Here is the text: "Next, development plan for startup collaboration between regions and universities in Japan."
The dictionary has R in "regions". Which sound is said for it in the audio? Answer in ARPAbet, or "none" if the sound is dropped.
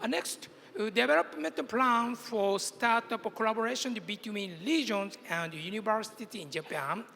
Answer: L